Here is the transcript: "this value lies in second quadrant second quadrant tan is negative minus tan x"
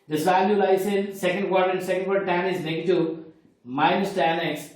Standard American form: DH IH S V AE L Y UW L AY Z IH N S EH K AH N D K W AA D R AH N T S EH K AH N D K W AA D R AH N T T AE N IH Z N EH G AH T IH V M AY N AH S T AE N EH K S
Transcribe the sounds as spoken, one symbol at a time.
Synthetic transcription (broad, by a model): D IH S V AE L Y UW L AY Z IH N S EH K AH N D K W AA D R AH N S EH K AH N D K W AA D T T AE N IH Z L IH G T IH M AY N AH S T AE N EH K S